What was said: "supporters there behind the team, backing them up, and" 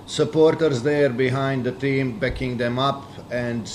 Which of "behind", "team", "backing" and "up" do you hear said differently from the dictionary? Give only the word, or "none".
none